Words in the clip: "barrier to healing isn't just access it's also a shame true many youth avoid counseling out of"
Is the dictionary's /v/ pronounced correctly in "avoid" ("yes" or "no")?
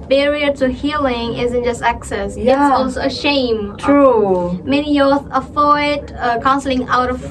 no